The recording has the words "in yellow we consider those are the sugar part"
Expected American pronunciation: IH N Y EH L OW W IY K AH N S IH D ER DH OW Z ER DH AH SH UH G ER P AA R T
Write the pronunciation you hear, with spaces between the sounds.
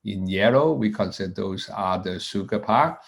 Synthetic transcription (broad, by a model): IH N Y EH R OW W IY K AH N S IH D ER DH OW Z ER DH AH S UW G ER P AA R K